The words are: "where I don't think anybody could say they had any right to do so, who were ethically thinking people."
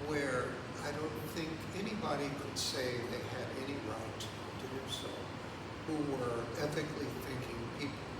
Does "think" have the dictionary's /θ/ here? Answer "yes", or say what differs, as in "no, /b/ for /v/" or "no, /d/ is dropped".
yes